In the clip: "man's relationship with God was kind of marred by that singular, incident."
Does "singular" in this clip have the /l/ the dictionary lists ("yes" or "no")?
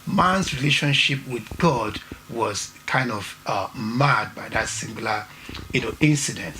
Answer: no